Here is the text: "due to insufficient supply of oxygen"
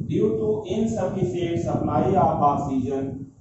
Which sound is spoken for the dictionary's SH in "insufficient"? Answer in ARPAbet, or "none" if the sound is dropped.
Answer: S